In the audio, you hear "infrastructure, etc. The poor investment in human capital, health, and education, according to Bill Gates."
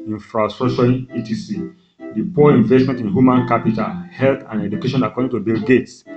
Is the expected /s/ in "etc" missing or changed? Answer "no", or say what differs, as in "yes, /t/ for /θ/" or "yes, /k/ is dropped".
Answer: yes, /s/ is dropped